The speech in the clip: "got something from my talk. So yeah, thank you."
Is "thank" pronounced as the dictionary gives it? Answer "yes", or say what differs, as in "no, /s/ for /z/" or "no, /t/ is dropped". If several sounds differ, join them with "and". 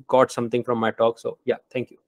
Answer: no, /t/ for /θ/